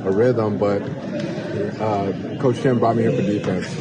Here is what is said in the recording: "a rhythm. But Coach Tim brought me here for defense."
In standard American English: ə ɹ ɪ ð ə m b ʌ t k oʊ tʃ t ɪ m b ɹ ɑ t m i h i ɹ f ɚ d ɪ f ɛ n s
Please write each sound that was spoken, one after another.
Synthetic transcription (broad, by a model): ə ɹ ɪ ð ə m b ʌ t k oʊ tʃ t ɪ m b ɑ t m i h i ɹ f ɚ d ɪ f ɛ n s